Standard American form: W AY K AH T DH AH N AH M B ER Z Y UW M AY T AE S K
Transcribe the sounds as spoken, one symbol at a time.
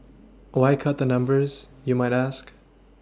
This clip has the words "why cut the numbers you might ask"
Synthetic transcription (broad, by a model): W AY K AH T DH AH N AH M B ER Z Y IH M AY T AE S K